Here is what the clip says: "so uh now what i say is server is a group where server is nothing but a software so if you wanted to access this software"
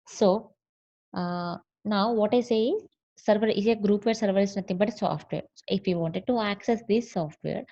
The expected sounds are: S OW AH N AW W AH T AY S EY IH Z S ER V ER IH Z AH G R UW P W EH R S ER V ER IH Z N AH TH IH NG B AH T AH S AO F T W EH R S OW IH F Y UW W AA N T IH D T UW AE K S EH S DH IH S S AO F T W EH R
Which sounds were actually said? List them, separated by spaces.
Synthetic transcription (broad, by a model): S OW N AW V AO T AY S EY IH Z S ER V ER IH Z AH G R UW P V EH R S ER V ER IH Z N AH T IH NG B AH T S AO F T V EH R S OW IH F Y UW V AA N T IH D T UW AE K S EH S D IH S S AO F T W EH R